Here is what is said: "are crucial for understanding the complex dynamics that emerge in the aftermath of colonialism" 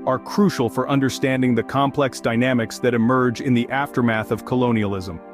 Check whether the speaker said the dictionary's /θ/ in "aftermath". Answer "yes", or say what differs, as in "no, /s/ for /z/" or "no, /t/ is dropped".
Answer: yes